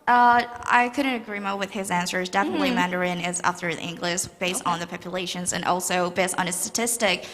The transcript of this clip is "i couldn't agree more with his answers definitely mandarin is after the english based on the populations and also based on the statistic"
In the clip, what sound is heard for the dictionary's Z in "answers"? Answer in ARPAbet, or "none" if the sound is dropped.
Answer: Z